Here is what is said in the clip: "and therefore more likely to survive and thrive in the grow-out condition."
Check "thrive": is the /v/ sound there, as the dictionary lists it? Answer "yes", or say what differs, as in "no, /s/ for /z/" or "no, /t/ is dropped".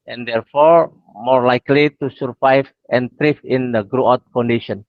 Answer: no, /f/ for /v/